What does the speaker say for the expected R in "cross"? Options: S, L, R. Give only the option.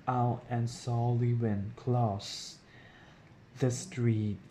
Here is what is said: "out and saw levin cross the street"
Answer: L